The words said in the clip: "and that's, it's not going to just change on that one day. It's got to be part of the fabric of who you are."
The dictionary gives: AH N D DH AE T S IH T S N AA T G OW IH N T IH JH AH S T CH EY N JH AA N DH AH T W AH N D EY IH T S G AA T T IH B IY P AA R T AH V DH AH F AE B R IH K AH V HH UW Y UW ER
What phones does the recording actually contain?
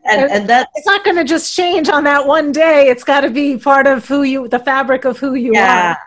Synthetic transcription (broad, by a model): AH N DH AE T IH T S N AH T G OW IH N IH JH AH S CH EY N JH N DH AH T W AH N D EY IH T S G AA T T IH B IY P AA R T AH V DH AH F AE B R IH K AH V HH UW Y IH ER